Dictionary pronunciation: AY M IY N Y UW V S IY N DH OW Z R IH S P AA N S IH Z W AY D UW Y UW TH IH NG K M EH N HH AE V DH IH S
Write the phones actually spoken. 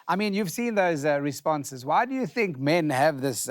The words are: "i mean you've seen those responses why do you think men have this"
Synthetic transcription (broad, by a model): AY M IY N Y UW V S IY N DH OW Z R IH S P AA N S IH Z W AY D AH Y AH TH IH NG K M EH N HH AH V DH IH S